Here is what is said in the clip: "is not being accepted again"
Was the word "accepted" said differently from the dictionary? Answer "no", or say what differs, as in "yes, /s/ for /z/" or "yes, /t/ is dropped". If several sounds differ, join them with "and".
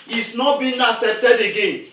yes, /k/ is dropped